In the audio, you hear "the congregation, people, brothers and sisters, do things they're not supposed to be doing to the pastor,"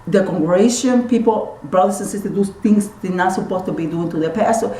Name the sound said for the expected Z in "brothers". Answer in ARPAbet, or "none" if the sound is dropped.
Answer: S